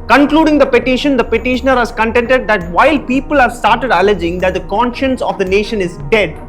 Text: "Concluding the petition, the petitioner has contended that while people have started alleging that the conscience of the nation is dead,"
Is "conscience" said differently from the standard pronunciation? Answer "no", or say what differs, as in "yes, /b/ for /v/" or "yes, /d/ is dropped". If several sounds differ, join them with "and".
no